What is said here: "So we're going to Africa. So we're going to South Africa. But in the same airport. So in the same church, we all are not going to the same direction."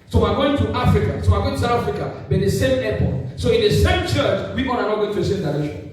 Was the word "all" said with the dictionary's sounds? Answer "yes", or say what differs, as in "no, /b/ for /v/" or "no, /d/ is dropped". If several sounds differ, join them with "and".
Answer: no, /n/ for /l/